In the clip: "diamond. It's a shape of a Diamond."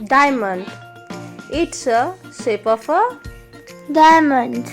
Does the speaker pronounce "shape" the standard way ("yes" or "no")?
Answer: no